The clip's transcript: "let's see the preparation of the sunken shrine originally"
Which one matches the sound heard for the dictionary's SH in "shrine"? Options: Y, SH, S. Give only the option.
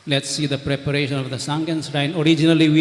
S